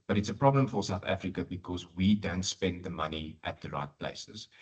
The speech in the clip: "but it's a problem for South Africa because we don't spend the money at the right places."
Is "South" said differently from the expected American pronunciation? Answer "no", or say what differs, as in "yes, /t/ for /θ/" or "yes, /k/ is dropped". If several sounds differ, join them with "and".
no